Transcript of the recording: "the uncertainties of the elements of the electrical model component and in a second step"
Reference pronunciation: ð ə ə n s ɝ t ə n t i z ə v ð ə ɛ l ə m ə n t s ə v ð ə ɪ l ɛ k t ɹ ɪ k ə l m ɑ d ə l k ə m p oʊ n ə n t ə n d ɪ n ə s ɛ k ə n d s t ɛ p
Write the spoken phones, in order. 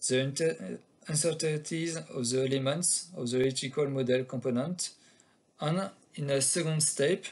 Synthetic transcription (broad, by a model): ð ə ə n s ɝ t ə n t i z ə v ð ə ɛ l ə m ə n t s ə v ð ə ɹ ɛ t ɪ k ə l m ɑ d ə l k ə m p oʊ n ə n t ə n ɪ n ə s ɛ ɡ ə n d s t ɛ p